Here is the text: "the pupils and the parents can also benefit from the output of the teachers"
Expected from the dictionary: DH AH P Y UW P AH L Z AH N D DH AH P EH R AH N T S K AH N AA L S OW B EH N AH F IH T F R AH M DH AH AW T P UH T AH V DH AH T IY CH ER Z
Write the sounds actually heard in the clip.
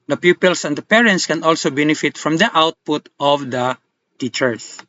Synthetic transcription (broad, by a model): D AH P Y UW P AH L S AH N D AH P EH R AH N T S K AH N AA L S OW B EH N AH F IH T F R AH M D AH AW T P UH T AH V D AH T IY CH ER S